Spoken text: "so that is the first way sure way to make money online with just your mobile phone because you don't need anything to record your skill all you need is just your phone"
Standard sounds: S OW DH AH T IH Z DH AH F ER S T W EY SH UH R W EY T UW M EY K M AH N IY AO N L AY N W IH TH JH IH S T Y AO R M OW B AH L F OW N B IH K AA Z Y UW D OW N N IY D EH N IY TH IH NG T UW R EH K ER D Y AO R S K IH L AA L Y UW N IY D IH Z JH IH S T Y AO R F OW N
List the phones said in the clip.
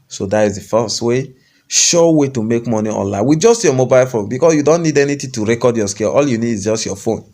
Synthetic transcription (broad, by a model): S OW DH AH T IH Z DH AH F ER S T W EY SH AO W EY T UW M EY K M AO N IY AO N L AY N W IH JH IH S T Y AO M OW B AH L F OW N B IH K AA S Y UW D OW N N IY D EH N IY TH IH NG T UW R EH K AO D Y AO S K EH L AA L Y UW N IY D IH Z JH IH S T Y AO F OW N